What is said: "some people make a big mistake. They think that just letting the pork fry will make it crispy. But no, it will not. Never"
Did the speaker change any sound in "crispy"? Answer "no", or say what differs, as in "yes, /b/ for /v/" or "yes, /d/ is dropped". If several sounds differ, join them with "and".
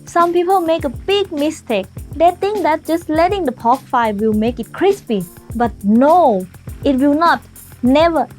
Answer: no